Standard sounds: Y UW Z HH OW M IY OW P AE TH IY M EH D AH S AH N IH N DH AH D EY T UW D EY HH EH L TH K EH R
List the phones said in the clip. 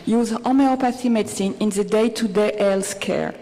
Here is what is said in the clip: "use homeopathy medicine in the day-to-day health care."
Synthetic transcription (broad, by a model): Y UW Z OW M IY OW P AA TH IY M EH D S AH N IH N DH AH D EY T UW D EY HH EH L S K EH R